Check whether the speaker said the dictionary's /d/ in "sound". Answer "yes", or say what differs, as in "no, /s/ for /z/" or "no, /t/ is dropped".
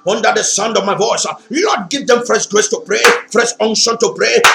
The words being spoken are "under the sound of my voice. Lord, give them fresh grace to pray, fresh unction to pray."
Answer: yes